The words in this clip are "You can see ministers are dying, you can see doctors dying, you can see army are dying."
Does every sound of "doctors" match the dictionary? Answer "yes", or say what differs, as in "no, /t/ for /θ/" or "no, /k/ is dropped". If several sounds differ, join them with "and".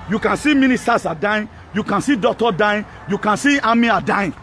no, /z/ is dropped